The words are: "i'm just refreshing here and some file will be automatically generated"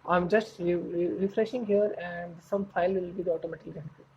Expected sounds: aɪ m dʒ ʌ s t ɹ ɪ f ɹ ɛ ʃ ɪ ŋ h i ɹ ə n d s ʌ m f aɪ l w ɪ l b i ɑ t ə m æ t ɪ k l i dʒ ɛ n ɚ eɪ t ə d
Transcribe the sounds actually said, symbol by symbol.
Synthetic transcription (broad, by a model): aɪ m dʒ ʌ s t ɹ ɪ f ɹ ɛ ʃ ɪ ŋ h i ɹ ə n d s ʌ m f aɪ l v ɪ l b i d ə ɔ t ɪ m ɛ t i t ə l